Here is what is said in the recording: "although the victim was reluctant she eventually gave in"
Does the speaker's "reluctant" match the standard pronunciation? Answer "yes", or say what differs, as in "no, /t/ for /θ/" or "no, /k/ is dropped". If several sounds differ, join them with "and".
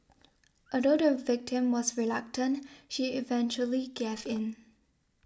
yes